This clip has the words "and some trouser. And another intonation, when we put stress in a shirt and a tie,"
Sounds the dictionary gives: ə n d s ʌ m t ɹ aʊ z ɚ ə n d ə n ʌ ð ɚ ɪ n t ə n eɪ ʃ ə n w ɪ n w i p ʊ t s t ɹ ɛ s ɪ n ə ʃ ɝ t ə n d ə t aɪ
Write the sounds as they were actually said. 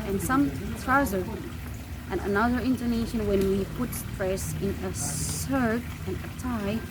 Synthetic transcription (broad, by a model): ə n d s ʌ m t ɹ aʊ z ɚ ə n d ə n ʌ ð ɚ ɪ n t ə n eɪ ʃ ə n w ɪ n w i p ʊ t s t ɹ ɛ s ɪ n ə s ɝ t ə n ə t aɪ